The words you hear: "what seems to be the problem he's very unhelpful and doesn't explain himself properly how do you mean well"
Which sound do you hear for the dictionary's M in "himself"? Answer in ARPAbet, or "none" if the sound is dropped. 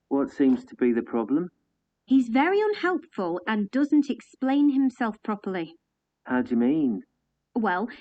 M